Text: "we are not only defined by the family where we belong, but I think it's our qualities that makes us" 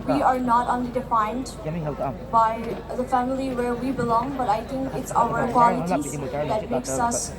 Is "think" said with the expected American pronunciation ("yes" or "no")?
no